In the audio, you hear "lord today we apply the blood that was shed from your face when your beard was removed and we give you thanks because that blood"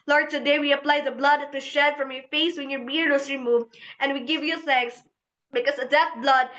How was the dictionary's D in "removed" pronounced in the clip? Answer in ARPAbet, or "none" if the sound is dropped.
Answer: none